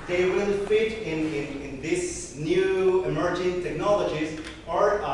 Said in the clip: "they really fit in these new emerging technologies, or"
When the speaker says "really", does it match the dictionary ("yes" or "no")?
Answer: no